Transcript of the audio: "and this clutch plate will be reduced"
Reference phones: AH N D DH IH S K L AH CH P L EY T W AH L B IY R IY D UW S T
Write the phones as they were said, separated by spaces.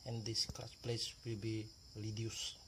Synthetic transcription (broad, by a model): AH N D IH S K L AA S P L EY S W AH L B IY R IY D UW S